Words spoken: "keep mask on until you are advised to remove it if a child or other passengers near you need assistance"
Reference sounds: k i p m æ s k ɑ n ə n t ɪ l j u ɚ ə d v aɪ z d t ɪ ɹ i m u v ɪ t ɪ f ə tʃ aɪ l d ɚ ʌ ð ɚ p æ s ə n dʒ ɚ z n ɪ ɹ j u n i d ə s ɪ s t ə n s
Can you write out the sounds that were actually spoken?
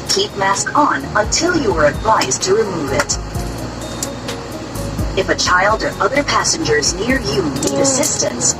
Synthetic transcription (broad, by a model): k i p m æ s k n ə n t ɪ l j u ɚ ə d v aɪ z t ɪ ɹ i m u v ɪ t ɪ f ə tʃ aɪ l d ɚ ʌ ð ɚ p æ s ə n dʒ ɚ z n ɪ ɹ j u n i d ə s ɪ s t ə n s